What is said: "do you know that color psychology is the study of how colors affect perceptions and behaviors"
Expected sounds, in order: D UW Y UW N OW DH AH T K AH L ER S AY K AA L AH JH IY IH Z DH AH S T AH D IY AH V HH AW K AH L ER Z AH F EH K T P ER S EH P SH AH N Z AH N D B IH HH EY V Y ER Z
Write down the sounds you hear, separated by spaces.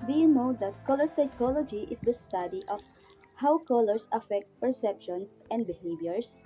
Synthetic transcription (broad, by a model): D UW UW N OW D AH T K AH L ER S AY K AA L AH JH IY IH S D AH S T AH D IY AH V HH AW K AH L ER S AH F EH K T P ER S EH P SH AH N S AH N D B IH HH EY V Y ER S